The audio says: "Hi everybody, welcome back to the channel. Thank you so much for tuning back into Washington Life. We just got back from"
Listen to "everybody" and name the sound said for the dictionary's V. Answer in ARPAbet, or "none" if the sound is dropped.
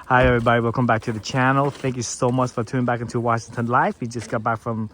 V